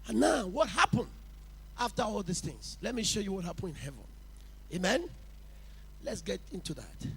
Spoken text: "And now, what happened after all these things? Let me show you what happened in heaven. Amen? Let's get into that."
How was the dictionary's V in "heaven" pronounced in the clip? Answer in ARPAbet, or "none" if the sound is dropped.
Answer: V